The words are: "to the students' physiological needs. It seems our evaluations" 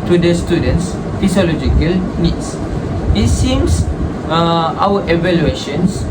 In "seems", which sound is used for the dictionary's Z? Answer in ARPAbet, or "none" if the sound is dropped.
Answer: S